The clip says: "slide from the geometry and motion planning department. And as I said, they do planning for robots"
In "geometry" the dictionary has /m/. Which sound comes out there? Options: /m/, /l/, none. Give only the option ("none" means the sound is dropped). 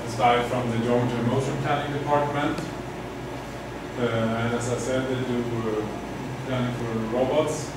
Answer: none